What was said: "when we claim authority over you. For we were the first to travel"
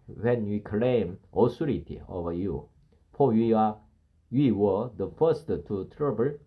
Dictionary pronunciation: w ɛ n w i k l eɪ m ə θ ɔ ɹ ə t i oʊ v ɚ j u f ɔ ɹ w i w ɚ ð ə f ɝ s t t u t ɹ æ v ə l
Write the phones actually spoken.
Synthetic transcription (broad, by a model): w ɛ n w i k l eɪ m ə s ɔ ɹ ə t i oʊ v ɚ j u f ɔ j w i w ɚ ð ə f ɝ s t t u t ɹ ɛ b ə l